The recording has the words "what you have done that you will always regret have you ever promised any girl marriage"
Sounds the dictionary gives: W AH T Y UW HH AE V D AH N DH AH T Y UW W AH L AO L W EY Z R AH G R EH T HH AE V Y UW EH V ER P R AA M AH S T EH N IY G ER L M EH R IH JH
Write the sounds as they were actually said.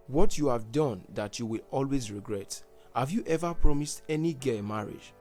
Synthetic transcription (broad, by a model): W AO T Y UW HH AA V D AH N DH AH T Y UW W AH L AO L W EY Z R AH G R EH T HH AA V Y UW EH V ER P R AA M AH S T EH N IY G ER M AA R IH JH